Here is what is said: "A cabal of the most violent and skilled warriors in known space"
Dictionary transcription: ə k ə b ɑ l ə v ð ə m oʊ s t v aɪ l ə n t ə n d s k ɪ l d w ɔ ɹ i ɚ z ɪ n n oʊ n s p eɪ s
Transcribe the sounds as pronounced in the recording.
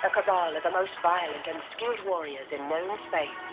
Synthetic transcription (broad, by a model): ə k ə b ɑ l ə v ð ə m oʊ s t v aɪ l ə n t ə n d s k ɪ l d w ɔ ɹ i ɚ z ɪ n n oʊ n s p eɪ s